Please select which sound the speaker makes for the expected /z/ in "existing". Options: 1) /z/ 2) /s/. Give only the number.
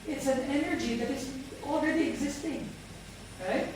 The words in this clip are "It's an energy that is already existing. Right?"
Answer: 1